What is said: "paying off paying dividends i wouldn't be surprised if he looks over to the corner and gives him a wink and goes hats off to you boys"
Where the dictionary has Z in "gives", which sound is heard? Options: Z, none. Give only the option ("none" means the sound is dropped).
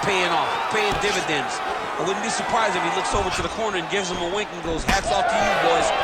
Z